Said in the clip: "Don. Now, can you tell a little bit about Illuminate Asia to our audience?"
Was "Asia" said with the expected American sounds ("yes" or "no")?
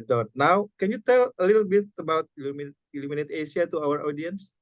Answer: no